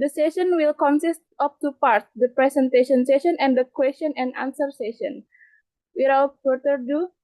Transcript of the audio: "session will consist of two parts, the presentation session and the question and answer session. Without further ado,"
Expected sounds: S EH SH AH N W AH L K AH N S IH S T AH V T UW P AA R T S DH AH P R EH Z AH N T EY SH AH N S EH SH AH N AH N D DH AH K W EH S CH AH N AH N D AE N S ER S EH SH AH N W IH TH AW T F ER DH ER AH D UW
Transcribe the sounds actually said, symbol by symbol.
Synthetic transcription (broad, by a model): S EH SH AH N W AH L K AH N S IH S T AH P T UW P AA R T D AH P R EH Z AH N T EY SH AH N S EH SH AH N AH N D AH K W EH S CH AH N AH N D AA N S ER S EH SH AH N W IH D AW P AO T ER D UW